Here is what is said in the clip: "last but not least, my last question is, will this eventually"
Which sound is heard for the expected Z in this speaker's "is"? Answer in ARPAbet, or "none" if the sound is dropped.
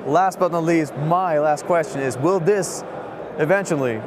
Z